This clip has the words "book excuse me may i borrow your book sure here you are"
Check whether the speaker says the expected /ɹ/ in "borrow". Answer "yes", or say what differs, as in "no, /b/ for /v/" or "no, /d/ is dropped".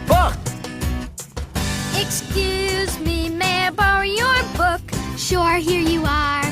no, /ɹ/ is dropped